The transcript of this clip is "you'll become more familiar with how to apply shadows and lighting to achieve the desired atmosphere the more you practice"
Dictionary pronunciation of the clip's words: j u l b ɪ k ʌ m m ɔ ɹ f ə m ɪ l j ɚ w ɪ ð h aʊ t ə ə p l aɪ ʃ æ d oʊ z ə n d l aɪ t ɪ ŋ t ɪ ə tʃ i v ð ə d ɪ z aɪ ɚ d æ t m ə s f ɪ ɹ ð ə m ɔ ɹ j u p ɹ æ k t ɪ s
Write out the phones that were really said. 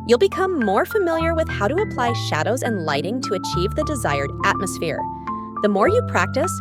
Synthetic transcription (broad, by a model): j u l b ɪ k ʌ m m ɔ ɹ f ə m ɪ l j ɚ w ɪ ð h aʊ t ə ə p l aɪ ʃ æ d oʊ z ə n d l aɪ t ɪ ŋ t ɪ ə tʃ i v ð ə d ɪ z aɪ ɚ d æ t m ə s f ɪ ɹ ð ə m ɔ ɹ j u p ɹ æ k t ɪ s